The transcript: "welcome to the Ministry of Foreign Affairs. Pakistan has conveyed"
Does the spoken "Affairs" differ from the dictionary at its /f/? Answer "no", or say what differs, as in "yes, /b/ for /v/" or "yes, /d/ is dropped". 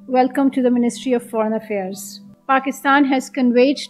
no